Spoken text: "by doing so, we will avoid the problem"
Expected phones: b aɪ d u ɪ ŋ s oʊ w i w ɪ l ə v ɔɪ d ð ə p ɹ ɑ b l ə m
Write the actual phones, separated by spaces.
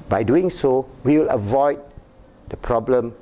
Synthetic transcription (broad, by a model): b aɪ d u ɪ ŋ s oʊ w i w ɪ l ə v ɔɪ d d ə p ɹ ɑ b l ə m